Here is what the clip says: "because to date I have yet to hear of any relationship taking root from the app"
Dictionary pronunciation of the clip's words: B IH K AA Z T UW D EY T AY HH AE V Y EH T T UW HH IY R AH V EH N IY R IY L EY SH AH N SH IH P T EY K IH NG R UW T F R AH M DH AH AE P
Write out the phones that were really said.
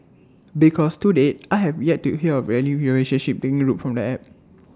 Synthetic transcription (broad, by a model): B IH K AA S T UW D EY T AY HH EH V Y EH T T UW HH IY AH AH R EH L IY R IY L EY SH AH N SH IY P T EY K IH NG R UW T F R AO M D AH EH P